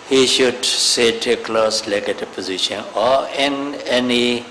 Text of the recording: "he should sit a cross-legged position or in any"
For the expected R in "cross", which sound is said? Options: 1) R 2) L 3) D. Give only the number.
2